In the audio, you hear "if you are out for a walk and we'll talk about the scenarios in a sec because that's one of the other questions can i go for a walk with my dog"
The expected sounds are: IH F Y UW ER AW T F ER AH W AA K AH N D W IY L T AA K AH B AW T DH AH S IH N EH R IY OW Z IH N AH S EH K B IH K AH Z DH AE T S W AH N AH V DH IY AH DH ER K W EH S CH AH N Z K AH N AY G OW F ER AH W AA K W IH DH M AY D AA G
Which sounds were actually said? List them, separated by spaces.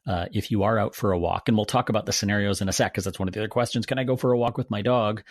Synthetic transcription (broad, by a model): IH F Y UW ER AW T F ER AH W AA K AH N W IY L T AA K AH B AW T DH AH S IH N EH R IY OW Z IH N AH S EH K K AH Z DH AE T S W AH N AH V DH IY AH DH ER K W EH S CH AH N Z K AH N AY G OW F ER AH W AA K W IH DH M AY D AA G